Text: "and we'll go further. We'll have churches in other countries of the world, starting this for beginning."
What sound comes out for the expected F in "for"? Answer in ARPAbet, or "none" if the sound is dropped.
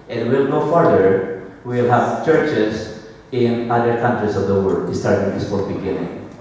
P